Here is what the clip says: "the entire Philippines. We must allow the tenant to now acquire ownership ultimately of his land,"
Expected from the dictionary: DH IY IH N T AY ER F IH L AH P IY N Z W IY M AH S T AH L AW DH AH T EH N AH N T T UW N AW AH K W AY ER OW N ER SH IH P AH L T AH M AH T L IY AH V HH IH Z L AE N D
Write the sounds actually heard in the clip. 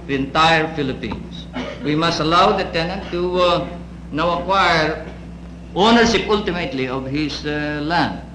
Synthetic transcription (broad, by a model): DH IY IH N T AY ER F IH L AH P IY N S W IY M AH S T AH L AW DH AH T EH N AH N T T UW N AW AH K W AY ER OW N ER SH IH P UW L T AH M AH T L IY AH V HH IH S L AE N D